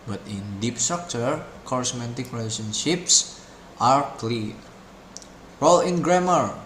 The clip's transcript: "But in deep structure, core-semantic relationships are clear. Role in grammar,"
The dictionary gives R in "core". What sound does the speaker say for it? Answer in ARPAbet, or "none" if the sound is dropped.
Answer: R